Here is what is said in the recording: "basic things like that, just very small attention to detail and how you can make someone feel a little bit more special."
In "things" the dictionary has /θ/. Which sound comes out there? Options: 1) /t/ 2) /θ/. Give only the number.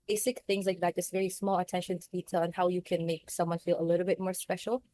2